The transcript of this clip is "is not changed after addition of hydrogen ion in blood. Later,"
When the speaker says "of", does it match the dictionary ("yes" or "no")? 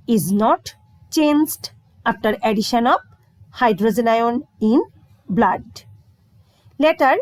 no